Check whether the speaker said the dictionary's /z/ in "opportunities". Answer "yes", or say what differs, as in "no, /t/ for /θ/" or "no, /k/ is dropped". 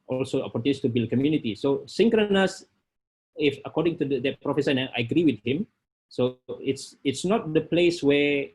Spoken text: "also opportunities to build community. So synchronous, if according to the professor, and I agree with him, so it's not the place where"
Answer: no, /z/ is dropped